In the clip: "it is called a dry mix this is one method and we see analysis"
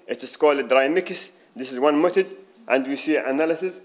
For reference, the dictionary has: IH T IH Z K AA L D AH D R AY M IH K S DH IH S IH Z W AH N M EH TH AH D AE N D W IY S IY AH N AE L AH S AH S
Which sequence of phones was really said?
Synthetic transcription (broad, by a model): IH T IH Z K AA L D AH D R AY M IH K S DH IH S IH Z W AH N M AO T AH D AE N D W IY S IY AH N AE L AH S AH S